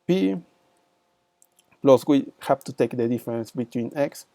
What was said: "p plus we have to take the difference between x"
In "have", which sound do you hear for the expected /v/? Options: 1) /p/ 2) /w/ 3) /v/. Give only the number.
1